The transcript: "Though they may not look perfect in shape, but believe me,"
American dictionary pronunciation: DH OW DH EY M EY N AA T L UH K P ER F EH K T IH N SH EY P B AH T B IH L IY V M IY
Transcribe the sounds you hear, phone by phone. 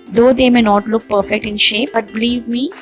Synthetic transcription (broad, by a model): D OW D EY M EY N AA T L UH K P ER F EH K T IH N SH EY P B AH T B IH L IY V M IY